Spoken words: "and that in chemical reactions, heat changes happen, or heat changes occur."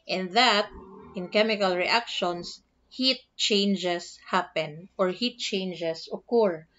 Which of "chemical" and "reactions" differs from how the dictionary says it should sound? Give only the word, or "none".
reactions